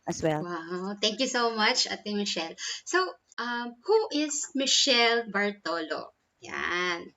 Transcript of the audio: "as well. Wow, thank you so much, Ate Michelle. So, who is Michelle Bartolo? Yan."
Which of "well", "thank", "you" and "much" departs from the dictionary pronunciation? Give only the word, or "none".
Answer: thank